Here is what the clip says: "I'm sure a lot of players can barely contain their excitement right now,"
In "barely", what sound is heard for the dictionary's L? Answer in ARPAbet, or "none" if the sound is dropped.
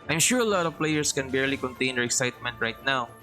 L